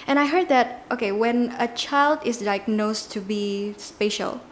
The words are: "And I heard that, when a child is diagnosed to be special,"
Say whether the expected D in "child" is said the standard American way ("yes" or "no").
yes